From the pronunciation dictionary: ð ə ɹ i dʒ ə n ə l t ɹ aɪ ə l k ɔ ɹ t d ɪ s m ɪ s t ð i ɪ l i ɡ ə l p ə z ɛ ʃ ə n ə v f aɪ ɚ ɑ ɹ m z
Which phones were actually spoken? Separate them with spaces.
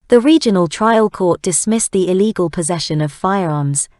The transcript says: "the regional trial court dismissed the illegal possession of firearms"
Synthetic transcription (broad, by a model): ð ə ɹ i dʒ ə n ə l t ɹ aɪ ə l k ɔ t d ɪ s m ɪ s ð i ɪ l i ɡ ə l p ə z ɛ ʃ ə n ə v f aɪ ɚ ɑ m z